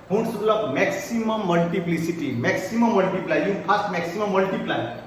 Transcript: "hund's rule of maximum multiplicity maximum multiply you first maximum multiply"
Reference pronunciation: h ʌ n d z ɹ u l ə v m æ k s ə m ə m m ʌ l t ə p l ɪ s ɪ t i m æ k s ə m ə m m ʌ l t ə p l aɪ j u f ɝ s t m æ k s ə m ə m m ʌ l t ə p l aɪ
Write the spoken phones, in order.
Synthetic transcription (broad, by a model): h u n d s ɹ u l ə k m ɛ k s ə m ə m m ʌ l t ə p l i s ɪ t i m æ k s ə m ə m m ʌ l t ə p l aɪ j u p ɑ s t m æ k s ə m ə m m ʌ l t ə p l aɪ